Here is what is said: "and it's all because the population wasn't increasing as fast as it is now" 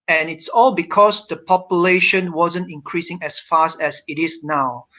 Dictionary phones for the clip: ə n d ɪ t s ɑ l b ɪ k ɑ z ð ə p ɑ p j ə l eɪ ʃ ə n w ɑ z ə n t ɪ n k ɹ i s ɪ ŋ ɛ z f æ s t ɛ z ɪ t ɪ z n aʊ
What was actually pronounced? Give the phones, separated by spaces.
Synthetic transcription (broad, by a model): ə n ɪ t s ɑ l b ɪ k ɑ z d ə p ɑ p j ə l eɪ ʃ ə n w ɑ z ə n t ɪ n k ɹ i s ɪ ŋ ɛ s f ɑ s t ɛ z ɪ t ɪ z n aʊ